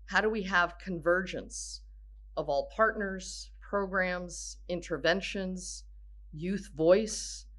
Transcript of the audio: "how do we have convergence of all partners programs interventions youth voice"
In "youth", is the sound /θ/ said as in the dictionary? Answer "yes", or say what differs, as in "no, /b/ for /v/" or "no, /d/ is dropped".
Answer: yes